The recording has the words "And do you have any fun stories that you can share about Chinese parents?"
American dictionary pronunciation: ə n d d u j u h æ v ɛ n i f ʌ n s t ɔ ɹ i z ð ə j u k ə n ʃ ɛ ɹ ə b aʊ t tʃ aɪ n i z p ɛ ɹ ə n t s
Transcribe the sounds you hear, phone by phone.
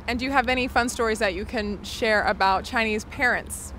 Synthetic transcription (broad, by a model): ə n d d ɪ j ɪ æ v ɛ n i f ʌ n s t ɔ ɹ i z ð ə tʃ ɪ k ə n ʃ ɛ ɹ ə b aʊ t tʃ aɪ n i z p ɛ ɹ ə n t s